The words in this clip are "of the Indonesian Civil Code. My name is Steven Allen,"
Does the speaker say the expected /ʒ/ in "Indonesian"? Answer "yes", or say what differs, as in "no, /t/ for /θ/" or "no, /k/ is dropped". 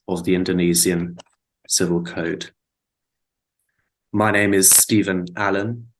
no, /z/ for /ʒ/